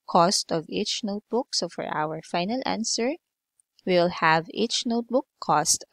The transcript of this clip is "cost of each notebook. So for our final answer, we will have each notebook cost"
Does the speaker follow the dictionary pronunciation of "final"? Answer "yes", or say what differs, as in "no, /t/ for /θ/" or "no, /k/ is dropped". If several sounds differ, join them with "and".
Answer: yes